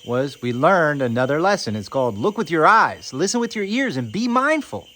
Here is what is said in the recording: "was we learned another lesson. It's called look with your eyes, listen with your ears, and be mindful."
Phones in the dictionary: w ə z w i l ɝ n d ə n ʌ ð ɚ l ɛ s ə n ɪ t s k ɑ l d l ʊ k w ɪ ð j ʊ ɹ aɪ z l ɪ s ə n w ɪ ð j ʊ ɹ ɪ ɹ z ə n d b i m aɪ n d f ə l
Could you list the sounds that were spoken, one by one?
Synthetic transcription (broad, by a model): w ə z w i l ɝ n d ə n ʌ ð ɚ l ɛ s ə n ɪ t s k ɑ l d l ʊ k w ɪ ð j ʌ ɹ aɪ z l ɪ s ə n w ɪ ð j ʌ ɹ ɪ ɹ z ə n b i m aɪ n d f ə l